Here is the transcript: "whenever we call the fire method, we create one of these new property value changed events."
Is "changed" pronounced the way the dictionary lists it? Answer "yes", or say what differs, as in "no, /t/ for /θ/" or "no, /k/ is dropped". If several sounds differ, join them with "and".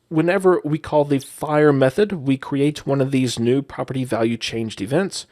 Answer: yes